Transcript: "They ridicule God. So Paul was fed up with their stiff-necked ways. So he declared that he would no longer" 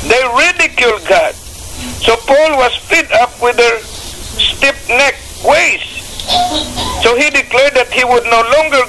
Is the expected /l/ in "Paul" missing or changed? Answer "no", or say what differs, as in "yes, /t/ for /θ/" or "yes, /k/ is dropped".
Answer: no